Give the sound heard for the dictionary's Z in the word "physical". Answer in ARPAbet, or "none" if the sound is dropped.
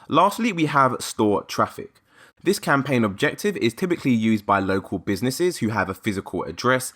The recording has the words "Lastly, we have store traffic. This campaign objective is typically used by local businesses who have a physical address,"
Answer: Z